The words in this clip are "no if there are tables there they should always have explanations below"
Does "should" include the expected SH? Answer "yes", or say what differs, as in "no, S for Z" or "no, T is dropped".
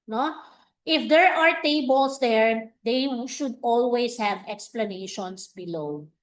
yes